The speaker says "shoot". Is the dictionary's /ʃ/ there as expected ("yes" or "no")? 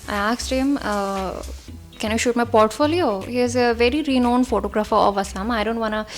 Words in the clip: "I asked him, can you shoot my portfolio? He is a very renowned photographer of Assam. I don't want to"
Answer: yes